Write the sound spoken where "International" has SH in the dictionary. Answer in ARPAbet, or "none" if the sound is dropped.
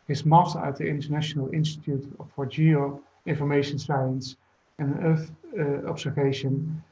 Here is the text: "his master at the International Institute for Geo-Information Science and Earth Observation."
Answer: SH